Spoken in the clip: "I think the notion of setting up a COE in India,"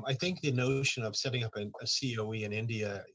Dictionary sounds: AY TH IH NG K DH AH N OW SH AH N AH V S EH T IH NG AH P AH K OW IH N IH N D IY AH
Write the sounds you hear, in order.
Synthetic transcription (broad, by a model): AY TH IH NG K DH AH N OW SH AH N AH V S EH T IH NG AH P AH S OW IH N IH N D IY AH